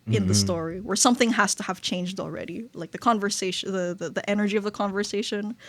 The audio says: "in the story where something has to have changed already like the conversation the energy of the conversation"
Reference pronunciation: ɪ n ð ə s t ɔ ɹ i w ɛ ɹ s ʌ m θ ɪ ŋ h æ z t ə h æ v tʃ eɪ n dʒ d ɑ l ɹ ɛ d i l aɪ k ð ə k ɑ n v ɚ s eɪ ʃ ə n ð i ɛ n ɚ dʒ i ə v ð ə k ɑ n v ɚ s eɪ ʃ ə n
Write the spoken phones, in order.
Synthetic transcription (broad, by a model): ɪ n ð ə s t ɔ ɹ i w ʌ ɹ s ʌ m θ ɪ ŋ h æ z t ə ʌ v tʃ eɪ n dʒ d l ɹ ɛ d i l aɪ k ð ə k ɑ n v ɚ s eɪ ʃ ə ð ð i ɛ n ɚ dʒ i ə v ð ə k ɑ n v ɚ s eɪ ʃ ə n